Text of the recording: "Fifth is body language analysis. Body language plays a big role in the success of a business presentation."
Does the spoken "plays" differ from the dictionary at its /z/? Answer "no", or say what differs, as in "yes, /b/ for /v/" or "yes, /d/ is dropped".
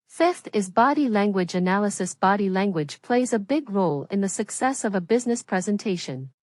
no